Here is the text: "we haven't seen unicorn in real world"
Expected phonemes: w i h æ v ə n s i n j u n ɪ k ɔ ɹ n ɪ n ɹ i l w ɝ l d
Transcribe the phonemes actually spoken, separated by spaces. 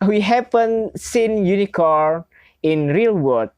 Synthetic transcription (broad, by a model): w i h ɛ p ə n s i n j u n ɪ k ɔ ɹ ɪ n ɹ i l w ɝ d